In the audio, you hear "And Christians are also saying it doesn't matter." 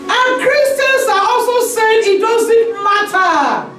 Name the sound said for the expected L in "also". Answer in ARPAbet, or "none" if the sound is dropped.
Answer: L